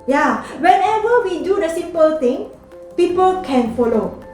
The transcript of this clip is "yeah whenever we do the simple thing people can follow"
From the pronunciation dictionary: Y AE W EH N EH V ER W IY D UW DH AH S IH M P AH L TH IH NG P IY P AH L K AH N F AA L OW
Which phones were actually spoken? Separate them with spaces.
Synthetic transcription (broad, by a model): Y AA W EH N EH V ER W IY D UW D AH S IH M P AH L T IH NG P IY P AH L K AH N F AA L OW